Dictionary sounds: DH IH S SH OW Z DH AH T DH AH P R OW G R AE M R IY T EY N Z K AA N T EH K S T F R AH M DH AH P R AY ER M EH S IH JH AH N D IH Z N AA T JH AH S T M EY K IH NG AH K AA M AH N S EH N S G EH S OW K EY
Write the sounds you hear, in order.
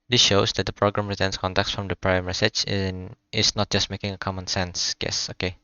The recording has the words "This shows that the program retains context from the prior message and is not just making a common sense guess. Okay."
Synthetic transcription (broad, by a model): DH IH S SH OW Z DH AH T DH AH P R OW G R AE M R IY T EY N S K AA N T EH K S F R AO M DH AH P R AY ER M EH S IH CH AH N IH S N AA T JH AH S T M EY K IH NG AH K AA M AH N S EH N S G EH S OW K EY